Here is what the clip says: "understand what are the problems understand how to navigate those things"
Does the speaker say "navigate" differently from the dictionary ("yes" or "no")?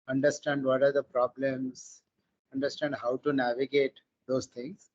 no